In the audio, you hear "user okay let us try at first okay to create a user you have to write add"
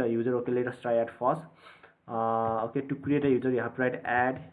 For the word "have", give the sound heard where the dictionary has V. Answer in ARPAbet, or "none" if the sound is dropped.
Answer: P